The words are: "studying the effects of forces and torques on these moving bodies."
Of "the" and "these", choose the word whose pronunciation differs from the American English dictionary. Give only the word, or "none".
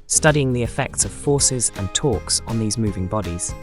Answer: none